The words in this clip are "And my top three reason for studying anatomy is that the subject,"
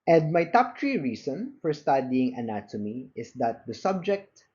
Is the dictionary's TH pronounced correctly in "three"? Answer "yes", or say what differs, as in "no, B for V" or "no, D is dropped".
no, T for TH